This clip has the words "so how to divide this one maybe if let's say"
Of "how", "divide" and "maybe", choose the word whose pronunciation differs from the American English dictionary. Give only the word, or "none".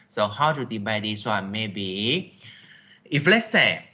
divide